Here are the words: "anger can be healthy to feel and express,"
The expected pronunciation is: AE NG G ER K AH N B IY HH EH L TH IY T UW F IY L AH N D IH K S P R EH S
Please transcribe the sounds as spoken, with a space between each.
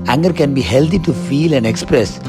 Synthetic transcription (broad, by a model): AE NG G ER K AH N B IY HH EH L T IY T UW F IY L AH N D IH K S P R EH S